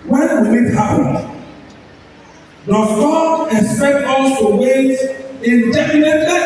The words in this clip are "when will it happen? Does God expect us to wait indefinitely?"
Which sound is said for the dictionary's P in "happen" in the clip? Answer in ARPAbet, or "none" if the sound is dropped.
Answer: none